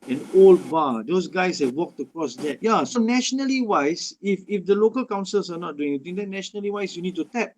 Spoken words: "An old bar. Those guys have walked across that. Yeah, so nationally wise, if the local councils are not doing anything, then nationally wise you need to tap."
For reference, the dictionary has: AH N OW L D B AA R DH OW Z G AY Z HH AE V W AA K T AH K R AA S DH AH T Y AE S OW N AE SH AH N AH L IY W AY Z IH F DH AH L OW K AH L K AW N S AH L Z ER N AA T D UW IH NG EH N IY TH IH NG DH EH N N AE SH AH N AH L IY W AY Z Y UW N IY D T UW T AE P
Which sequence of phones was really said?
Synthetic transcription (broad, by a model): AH N OW L D B AA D OW S G AY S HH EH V W AA K T AH K R AA S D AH T Y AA S OW N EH SH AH N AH L IY W AY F IH F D AH L OW K AH L K AW N S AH L S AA N AA T D UW IH NG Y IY T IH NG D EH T N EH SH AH N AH L IY W AY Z Y UW N IY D T UW T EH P